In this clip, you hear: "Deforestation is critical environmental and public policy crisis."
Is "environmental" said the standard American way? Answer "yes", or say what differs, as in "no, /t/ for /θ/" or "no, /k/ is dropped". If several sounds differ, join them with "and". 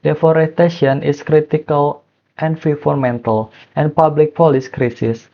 no, /f/ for /v/